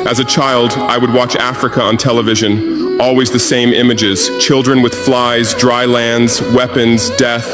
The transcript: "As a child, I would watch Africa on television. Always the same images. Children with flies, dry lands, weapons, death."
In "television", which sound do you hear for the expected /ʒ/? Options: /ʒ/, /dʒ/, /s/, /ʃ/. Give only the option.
/ʒ/